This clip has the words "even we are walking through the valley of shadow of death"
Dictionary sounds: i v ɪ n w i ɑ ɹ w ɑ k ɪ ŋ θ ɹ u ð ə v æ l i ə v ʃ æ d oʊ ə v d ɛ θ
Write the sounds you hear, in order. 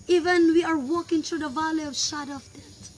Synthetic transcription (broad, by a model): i v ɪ n w i ɑ ɹ w ɑ k ɪ ŋ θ ɹ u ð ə v æ l i ə v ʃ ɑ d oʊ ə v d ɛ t